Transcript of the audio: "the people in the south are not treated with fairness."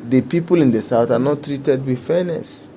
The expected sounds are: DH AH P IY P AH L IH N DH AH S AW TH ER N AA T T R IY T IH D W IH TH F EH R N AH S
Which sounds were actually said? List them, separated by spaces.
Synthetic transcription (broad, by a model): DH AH P IY P AH L IH N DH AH S AW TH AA N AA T T R IY T IH D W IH F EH N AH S